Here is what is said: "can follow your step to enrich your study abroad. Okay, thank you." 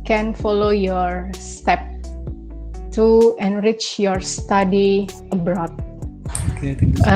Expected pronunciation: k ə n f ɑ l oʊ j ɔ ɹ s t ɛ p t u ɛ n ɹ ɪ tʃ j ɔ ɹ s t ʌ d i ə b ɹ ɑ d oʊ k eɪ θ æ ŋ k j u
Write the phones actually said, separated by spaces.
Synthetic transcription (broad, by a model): k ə n f ɑ l oʊ j ɔ ɹ s t ɛ p t u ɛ n ɹ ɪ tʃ j ɔ ɹ s t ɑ d i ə b ɹ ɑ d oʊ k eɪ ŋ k